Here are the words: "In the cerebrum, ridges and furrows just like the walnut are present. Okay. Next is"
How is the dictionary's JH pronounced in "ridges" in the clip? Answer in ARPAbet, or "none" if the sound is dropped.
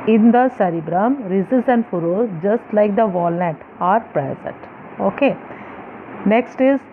Z